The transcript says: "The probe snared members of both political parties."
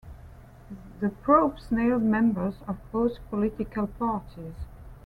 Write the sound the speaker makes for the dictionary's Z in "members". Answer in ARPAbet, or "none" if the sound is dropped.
Z